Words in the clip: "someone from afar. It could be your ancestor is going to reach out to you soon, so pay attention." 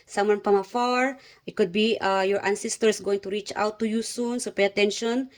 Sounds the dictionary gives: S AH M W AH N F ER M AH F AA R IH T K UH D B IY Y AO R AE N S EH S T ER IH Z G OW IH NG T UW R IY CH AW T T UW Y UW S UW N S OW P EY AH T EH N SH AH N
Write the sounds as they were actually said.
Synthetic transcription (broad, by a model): S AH M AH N P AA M AH F AA R IH T K UH D B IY Y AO R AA N S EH S T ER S G OW IH NG T UW R IY CH AW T T UW Y UW S UW N S OW P EY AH T EH N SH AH N